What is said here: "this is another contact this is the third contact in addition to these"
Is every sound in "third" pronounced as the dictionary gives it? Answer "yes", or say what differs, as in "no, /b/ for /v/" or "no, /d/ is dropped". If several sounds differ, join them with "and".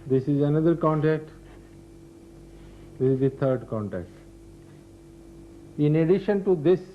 no, /t/ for /θ/